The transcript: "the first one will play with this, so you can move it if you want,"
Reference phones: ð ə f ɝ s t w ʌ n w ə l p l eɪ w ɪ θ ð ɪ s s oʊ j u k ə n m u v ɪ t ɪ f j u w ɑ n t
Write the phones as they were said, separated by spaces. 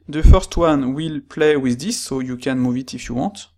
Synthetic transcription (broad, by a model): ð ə f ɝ s t w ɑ n w ə l p l eɪ w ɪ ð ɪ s s oʊ j u k ə n m u v ɪ t ɪ f j u w ɑ t